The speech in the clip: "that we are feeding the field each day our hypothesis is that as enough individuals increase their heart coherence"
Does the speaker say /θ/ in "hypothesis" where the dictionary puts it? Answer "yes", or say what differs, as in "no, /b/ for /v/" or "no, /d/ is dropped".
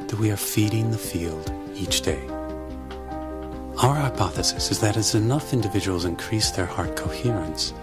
yes